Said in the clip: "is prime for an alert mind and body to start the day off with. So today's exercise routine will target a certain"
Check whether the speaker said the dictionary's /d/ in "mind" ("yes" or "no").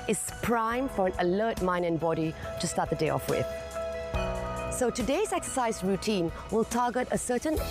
no